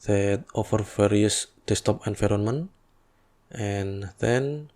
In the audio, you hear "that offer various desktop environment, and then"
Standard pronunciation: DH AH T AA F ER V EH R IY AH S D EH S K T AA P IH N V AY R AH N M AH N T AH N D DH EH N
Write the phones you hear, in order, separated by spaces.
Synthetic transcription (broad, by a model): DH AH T AA F ER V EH R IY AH S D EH S T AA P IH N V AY R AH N M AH N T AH N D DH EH N